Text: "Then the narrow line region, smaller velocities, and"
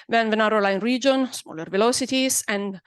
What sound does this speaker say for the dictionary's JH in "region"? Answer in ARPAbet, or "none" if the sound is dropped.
JH